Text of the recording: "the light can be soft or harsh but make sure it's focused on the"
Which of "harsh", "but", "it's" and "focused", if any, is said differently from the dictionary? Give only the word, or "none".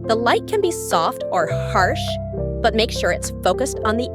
none